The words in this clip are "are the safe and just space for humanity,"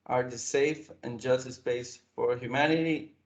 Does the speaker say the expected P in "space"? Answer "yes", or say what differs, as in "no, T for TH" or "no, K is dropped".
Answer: no, B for P